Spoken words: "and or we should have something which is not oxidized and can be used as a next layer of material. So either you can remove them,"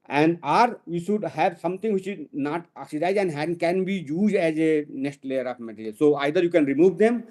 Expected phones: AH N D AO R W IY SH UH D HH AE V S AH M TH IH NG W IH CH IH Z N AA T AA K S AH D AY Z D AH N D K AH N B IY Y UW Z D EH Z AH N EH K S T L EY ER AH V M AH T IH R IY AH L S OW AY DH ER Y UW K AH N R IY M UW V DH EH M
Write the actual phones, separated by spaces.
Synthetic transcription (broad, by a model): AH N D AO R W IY SH UH D HH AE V S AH M T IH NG W IH CH IH Z N AA T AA K S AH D AY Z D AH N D K AH N B IY Y UW Z D EH Z AH N EH K S T L EY ER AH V M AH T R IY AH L S OW AY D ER Y UW K AH N R IY M UW V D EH M